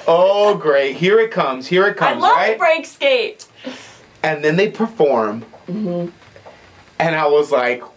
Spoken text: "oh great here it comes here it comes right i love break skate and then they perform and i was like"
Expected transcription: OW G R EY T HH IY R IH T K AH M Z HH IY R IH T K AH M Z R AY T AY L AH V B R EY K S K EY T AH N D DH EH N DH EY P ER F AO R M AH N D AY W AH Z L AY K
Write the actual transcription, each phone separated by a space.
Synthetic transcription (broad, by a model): OW G R EY T HH IY R IH T K AH M Z HH IY R IH T K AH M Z L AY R AY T B R EY K S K EY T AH N DH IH N DH EY P ER F AO R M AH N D AY W AH Z L AY K